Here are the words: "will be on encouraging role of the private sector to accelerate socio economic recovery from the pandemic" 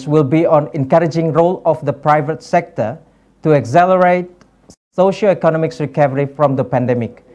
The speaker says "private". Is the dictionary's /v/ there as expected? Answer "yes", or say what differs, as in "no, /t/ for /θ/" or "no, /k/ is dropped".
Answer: yes